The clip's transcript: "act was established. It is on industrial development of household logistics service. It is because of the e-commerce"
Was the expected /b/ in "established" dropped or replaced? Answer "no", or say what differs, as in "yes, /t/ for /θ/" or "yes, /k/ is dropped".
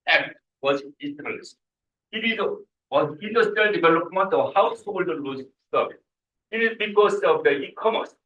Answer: yes, /b/ is dropped